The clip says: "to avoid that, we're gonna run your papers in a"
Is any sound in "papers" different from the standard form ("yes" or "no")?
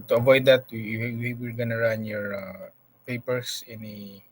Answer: yes